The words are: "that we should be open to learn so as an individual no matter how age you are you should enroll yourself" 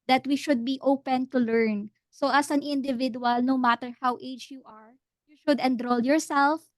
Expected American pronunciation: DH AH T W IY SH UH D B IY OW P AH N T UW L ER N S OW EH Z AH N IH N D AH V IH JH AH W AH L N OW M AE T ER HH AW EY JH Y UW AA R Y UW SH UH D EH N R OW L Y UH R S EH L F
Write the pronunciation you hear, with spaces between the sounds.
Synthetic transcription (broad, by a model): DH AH T W IY SH UH D B IY OW P AH N T UW L ER N S OW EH S AH N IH N D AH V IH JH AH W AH L N OW M AE T ER HH AW EY JH Y UW AA R Y UW SH UH D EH N R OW L Y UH R S EH L F